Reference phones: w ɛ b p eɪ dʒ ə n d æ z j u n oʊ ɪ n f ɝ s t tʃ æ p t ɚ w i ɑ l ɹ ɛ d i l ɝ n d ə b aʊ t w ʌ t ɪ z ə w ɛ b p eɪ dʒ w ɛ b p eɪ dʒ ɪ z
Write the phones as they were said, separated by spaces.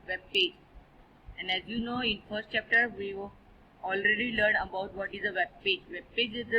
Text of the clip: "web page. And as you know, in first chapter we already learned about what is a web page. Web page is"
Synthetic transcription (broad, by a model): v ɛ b p eɪ dʒ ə n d æ z j u n oʊ ɪ n f ɝ s t tʃ æ p t ɚ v i ɑ l ɹ ɛ d i l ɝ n ə b aʊ t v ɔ t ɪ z ə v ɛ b p eɪ dʒ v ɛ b p eɪ dʒ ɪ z